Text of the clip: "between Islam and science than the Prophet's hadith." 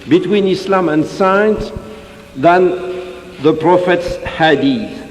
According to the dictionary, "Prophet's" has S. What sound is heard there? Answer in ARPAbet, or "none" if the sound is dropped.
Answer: S